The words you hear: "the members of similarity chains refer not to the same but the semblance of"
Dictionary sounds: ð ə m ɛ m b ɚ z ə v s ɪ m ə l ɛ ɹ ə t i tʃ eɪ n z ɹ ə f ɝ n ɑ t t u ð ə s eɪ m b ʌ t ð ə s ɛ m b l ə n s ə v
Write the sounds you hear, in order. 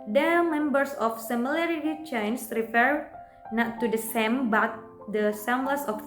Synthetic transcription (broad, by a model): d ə m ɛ m b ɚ s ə f s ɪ m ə l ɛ ɹ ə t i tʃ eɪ n s ɹ ə f ɝ n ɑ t t u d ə s eɪ m b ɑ t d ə s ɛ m l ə s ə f